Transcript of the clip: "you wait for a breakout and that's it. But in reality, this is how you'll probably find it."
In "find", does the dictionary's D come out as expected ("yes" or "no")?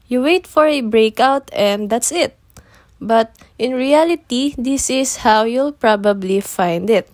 yes